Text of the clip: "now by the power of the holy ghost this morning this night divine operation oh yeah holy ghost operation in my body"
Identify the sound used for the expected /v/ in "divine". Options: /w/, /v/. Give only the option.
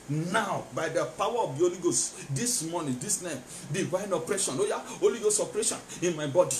/w/